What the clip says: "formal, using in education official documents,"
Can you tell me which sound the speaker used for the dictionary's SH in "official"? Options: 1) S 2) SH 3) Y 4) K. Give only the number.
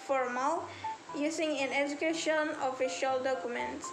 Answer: 2